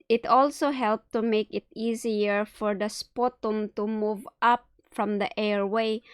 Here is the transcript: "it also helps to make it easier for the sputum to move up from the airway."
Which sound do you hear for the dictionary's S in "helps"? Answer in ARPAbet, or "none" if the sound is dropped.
none